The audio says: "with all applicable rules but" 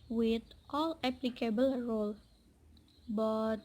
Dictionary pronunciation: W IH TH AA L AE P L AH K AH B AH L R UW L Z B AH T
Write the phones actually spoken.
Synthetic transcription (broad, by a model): W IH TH AA L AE P L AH K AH B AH L R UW L B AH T